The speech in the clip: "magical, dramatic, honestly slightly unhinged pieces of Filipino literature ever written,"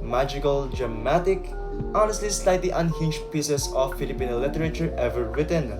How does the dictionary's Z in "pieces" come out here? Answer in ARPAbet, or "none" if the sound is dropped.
S